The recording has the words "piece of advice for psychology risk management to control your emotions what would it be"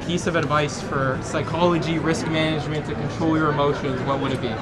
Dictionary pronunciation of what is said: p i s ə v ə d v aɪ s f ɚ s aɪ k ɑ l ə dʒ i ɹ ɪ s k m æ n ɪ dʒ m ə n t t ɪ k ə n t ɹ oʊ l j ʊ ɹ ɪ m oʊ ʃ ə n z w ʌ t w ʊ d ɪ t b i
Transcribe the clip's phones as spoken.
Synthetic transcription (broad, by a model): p i s ə v ə d v aɪ s f ɚ s aɪ k ɑ l ə dʒ i ɹ ɪ s k m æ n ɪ dʒ m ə n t t ɪ k ə n t ɹ oʊ l j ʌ ɹ ɪ m oʊ ʃ ə n z w ʌ t w ʊ d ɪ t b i